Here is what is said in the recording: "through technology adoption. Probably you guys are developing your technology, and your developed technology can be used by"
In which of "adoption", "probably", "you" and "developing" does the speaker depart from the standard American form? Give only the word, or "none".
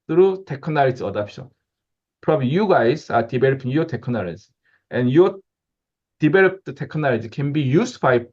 developing